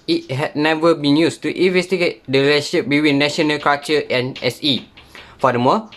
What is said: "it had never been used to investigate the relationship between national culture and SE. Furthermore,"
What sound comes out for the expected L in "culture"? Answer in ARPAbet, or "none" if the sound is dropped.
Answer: none